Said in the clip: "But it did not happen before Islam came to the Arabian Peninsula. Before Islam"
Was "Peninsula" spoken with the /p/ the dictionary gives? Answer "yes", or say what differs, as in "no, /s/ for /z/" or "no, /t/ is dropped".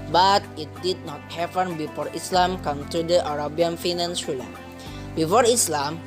no, /f/ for /p/